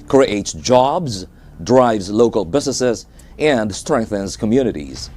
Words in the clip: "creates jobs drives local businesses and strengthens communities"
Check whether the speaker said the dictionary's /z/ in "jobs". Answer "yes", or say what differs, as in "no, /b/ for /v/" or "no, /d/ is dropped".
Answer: yes